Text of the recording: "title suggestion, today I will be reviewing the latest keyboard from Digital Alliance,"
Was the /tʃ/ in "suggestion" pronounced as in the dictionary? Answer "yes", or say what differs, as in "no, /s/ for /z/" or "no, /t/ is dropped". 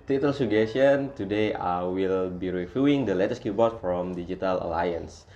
no, /tʃ/ is dropped